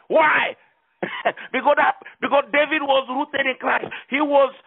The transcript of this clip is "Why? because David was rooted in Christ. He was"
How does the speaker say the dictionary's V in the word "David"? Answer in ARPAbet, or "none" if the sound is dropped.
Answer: V